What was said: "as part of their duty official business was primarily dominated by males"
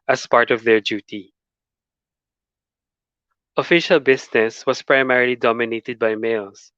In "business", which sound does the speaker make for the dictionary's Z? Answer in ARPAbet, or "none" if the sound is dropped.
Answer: S